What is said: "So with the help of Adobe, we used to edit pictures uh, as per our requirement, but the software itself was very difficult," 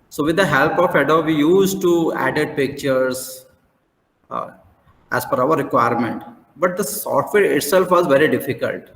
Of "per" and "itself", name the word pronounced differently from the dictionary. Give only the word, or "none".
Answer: per